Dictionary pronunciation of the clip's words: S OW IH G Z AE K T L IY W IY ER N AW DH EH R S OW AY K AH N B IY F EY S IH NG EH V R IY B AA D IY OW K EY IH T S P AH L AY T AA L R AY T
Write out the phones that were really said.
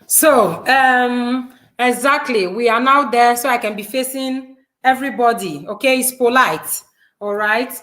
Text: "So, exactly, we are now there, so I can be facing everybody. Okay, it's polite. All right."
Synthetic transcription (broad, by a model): S OW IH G Z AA K T L IY W IY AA N AW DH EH S OW AY K AH N B IY F EY S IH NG EH V R IY B AA D IY OW K EY IH T S P AH L AY T AA L R AY T